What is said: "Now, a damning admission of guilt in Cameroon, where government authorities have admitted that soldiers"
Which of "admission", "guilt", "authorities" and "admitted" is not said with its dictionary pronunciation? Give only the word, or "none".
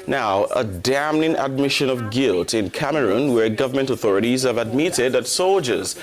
none